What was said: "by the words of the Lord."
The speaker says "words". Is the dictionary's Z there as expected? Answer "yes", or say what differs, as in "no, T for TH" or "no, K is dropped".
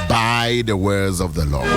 yes